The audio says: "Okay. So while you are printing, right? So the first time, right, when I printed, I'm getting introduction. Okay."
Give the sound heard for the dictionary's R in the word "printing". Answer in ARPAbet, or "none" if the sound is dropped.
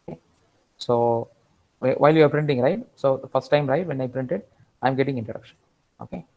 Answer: R